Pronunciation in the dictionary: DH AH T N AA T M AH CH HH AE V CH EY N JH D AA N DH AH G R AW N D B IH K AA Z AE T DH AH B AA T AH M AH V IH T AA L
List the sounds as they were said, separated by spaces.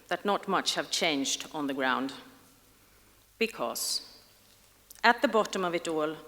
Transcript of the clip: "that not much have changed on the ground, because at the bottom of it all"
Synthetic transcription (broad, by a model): DH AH T N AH T M AH CH HH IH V CH EY N JH D N DH AH G R AW N D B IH K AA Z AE T DH AH B AA T AH M AH V IH T AA L